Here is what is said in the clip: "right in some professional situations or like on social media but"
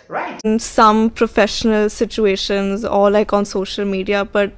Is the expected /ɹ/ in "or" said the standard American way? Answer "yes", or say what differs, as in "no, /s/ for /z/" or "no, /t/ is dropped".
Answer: no, /l/ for /ɹ/